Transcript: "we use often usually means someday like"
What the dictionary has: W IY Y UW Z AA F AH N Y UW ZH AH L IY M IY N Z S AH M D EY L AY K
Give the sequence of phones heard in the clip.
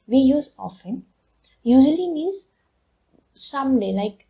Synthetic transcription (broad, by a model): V IY Y UW Z AA F AH N Y UW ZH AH L IY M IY Z S AH M D EY L AY K